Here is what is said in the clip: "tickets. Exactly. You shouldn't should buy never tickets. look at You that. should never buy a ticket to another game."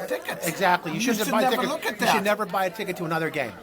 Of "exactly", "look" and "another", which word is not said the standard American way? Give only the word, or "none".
none